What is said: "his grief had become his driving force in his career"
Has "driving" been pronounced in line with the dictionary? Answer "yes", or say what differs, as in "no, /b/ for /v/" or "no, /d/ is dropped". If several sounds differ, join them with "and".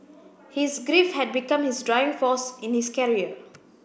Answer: no, /v/ is dropped